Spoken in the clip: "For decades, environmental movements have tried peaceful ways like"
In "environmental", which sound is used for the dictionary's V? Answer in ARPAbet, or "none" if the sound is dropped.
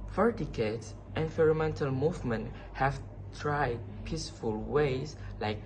F